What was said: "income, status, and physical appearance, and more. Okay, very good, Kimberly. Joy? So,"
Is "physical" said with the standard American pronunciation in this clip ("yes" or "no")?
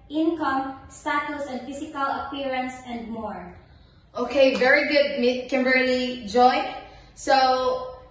no